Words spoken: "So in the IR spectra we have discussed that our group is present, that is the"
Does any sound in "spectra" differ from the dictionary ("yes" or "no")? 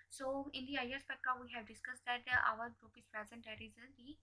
yes